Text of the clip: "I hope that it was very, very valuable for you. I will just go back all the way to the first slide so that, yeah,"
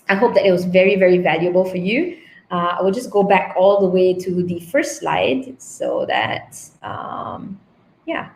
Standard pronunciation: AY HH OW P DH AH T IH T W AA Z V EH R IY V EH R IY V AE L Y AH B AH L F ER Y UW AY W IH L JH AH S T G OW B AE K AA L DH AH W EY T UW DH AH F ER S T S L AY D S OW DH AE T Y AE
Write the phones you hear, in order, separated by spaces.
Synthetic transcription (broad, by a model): AY HH OW P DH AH T IH T W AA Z V EH R IY V EH R IY V AE L Y AH B AH L F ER Y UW AY W IH L JH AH S G OW B AE K AA L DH AH W EY T UW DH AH F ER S S L AY D S OW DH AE T Y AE